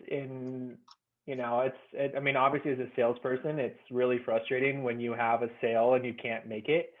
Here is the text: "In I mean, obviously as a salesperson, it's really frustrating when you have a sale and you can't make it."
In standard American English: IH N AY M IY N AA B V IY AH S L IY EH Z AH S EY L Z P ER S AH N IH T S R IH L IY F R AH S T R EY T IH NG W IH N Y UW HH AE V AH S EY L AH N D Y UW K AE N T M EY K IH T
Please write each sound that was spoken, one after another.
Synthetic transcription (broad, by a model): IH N AY M IY N AA B V IY AH S L IY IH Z AH S EY L Z P ER S AH N IH T S R IH L IY F R AH S T R EY T IH NG W IH N Y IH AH V AH S EY L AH N Y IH K AE N M EY K IH T